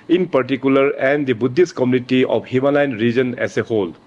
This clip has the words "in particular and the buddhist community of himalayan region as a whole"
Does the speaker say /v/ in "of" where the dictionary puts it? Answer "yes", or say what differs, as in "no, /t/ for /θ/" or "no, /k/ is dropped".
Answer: no, /p/ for /v/